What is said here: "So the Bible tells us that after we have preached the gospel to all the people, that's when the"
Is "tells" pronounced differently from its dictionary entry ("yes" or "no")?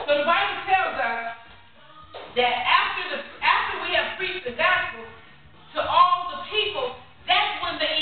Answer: no